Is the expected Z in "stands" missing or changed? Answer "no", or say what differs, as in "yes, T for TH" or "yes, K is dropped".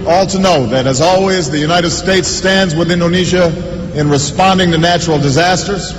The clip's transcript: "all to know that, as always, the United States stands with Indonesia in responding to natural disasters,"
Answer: no